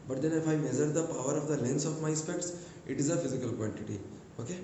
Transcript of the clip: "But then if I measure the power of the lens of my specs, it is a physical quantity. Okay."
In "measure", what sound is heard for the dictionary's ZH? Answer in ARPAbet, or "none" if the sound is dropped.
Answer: Z